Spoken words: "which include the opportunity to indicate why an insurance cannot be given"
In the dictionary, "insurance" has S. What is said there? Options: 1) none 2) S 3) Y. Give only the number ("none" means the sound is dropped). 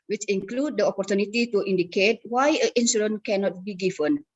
1